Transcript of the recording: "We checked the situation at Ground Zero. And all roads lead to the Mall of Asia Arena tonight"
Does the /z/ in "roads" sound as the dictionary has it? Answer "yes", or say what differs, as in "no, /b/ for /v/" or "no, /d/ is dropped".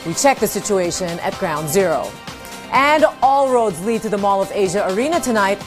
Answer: yes